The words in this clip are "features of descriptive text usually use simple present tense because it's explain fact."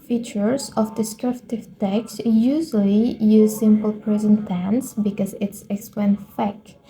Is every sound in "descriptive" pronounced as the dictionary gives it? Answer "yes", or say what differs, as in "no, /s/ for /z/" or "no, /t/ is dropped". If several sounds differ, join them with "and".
yes